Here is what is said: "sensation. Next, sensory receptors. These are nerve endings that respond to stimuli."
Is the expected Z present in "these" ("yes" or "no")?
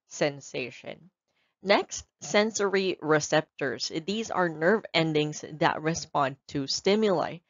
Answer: yes